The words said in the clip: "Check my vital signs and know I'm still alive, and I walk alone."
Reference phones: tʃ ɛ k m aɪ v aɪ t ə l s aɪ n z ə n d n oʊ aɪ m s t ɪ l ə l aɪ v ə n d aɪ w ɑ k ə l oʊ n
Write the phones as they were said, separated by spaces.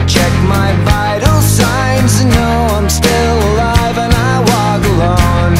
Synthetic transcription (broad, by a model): tʃ ɛ k m aɪ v aɪ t l s aɪ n z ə n n oʊ aɪ m s t ɪ l ə l aɪ v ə n aɪ w ɑ k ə l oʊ n